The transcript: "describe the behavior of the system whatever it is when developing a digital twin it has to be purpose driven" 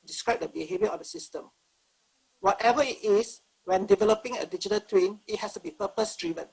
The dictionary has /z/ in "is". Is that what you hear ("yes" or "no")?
no